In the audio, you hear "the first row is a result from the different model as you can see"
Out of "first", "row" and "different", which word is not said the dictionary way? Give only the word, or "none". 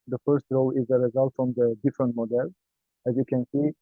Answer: none